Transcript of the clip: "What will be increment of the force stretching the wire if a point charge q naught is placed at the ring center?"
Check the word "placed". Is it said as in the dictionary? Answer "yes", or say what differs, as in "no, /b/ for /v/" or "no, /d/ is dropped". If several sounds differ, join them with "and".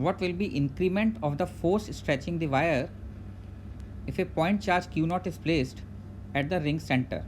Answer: yes